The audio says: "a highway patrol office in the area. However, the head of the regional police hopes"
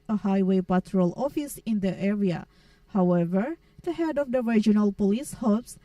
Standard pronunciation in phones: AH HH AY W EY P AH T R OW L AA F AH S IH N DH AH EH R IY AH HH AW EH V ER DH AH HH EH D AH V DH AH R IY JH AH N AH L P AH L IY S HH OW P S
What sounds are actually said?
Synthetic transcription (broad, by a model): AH HH AY W EY P AH T R OW L AA F AH S IH N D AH EH R IY AH HH AW EH V ER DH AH HH EH D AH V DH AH R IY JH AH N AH L P AH L IY S HH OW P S